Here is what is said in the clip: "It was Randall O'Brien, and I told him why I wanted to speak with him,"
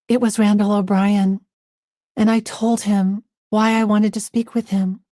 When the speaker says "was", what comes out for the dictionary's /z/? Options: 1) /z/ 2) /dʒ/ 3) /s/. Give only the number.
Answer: 1